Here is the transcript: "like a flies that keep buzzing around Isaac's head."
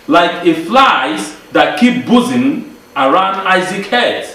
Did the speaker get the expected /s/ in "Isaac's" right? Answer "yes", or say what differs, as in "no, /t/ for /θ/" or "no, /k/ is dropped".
no, /s/ is dropped